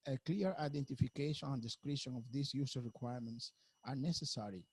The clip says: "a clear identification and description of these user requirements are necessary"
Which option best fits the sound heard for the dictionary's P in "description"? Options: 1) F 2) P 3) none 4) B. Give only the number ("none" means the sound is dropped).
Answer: 3